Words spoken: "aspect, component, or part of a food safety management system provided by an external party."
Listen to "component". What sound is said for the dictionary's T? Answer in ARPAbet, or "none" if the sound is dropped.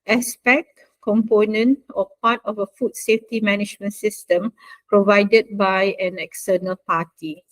T